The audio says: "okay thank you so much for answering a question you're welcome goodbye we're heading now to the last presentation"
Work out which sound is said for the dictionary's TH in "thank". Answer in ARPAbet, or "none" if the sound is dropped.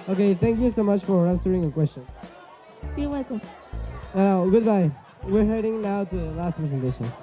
TH